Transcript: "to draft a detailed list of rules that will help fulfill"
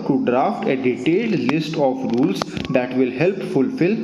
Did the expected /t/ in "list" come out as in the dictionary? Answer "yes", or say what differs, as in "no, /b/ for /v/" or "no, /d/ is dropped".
yes